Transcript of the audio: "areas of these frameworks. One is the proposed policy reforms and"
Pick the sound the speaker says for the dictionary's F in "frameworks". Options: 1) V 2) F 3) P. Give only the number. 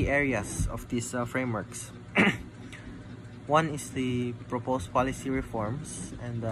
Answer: 2